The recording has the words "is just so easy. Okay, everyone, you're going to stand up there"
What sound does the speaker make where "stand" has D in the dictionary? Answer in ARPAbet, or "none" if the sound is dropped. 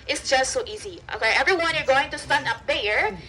none